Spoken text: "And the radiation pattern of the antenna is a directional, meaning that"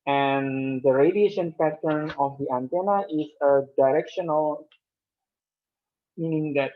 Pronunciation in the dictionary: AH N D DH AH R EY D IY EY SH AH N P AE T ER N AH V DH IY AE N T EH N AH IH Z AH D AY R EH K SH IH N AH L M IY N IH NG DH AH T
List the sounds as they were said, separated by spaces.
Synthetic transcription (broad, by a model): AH N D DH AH R EY D IY EY SH AH N P AE T ER N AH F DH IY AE N T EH N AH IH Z AH D AY R EH K SH IH N AH L M IY N IH NG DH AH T